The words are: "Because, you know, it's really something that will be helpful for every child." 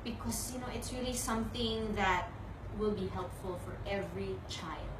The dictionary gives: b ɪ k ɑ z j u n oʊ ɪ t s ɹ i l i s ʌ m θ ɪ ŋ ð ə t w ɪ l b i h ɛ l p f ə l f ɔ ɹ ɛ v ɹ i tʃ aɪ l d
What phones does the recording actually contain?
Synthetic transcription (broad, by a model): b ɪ k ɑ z j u n oʊ ɪ t s ɹ i l i s ʌ m θ ɪ ŋ ð ə t w ɪ l b i h ɛ l p f ə l f ɔ ɹ ɛ v ɹ i tʃ aɪ l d